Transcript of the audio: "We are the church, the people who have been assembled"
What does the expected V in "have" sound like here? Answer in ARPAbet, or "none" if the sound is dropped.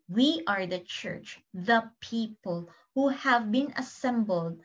V